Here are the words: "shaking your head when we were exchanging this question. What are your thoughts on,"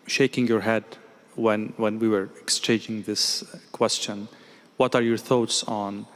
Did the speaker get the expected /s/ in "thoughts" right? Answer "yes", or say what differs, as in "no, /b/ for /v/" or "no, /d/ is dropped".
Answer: yes